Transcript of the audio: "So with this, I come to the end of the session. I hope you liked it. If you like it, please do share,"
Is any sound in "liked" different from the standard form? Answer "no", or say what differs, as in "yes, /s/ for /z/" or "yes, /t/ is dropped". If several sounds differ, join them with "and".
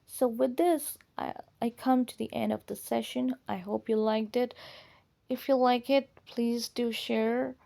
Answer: no